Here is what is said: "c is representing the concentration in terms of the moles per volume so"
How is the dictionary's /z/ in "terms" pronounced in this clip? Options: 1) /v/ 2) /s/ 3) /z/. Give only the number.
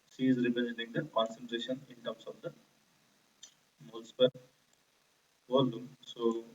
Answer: 2